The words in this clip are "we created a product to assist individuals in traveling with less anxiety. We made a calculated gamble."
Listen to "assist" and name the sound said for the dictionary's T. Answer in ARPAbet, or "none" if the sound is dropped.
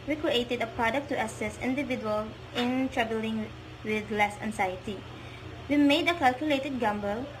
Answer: none